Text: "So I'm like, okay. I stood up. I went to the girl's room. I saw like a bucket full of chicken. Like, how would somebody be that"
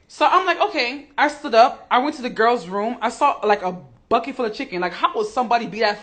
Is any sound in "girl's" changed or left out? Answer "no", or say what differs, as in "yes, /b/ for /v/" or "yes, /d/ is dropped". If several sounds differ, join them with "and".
no